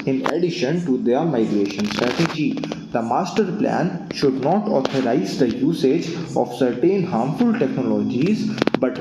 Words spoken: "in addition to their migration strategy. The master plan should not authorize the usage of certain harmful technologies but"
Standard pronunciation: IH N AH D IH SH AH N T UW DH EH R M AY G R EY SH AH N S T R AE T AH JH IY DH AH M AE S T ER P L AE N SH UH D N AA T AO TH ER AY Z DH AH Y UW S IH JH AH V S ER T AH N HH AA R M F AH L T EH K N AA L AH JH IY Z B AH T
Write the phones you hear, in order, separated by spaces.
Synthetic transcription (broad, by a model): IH N AH D IH SH AH N T UW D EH R M AY G R EY SH AH N S T R AE T AH JH IY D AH M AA S T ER P L AE N SH UH D N AA T AO T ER AY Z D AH Y UW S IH JH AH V S ER T AH N HH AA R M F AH L T EH K N AA L AH JH IY Z B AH T